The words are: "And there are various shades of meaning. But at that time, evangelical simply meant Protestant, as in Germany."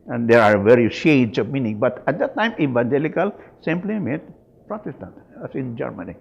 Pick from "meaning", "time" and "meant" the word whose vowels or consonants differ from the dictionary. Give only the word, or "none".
meant